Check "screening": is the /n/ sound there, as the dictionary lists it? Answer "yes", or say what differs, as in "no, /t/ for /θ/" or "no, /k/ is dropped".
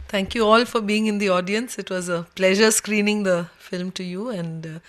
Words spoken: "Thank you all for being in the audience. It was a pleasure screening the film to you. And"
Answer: yes